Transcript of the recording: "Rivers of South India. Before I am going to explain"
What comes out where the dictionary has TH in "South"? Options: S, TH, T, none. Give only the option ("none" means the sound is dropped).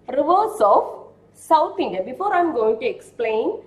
T